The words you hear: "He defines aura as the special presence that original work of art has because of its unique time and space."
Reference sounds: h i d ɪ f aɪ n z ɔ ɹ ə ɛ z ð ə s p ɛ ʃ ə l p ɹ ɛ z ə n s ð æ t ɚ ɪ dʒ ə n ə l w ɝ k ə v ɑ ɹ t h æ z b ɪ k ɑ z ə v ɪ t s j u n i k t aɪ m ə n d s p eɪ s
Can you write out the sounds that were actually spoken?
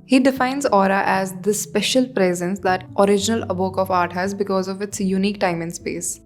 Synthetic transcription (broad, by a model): h i d ɪ f aɪ n z ɔ ɹ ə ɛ z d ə s p ɛ ʃ ə l p ɹ ɛ z ə n s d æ t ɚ ɪ dʒ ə n ə l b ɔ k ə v ɑ ɹ t h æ z b ɪ k ɑ z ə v ɪ t s j u n i k t aɪ m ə n s p eɪ s